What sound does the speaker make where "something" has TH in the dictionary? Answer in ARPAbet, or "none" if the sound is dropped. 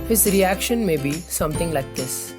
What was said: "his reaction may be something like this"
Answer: T